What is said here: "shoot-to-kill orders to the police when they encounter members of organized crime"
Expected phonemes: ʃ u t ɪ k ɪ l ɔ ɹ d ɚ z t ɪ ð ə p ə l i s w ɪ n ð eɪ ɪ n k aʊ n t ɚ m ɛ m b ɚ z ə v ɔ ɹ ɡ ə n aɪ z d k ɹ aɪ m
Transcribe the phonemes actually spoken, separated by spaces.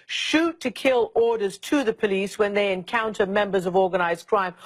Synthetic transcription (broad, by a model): ʃ u t ɪ k ɪ l ɔ ɹ d ɚ z t ɪ ð ə p ə l i s w ɪ n ð eɪ ɪ n k aʊ n t ɚ m ɛ m b ɚ z ə v ɔ ɹ ɡ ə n aɪ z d k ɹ aɪ m